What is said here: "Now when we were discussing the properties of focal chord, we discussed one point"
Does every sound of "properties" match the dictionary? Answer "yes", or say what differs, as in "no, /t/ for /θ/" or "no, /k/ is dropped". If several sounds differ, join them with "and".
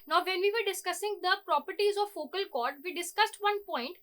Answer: yes